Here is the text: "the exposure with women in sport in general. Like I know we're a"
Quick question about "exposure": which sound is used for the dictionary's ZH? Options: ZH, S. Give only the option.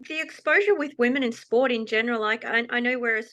ZH